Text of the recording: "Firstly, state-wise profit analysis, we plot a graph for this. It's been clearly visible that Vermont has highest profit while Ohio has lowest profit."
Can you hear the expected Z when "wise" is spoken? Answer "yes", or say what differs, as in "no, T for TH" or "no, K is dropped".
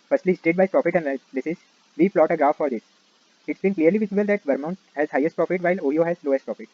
no, Z is dropped